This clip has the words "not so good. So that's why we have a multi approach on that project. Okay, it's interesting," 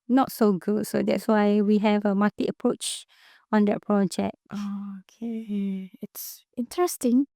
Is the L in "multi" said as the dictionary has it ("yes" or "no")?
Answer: no